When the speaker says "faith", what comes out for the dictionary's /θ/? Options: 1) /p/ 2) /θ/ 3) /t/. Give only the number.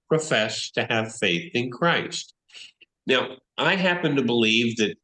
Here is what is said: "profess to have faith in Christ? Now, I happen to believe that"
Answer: 2